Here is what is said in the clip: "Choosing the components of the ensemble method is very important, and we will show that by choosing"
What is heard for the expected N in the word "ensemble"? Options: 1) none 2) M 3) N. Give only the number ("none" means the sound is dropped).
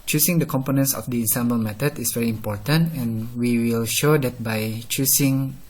3